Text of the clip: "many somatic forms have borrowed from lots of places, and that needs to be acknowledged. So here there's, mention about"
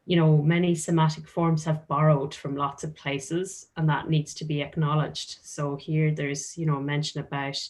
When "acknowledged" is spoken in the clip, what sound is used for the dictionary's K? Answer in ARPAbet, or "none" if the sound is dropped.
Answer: K